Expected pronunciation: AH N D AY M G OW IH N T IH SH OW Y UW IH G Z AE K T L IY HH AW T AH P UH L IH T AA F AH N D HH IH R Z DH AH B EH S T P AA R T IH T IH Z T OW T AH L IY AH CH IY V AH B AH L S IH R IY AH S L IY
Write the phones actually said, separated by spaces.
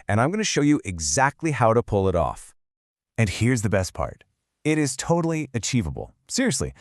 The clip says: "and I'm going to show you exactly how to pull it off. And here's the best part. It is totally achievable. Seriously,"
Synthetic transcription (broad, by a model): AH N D AY M G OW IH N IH SH OW Y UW IH G Z AE K T L IY HH AW T AH P UH L IH T AA F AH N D HH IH R Z DH AH B EH S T P AA R T IH T IH Z T OW T L IY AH CH IY V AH B L S IH R IY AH S L IY